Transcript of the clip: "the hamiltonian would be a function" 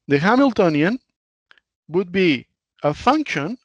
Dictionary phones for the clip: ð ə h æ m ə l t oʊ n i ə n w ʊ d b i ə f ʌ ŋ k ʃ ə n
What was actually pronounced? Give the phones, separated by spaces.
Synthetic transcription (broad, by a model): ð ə h æ m ə l t oʊ n i ə n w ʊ d b i ə f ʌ ŋ k ʃ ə n